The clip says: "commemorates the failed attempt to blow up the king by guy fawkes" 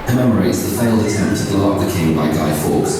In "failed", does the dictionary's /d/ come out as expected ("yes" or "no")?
yes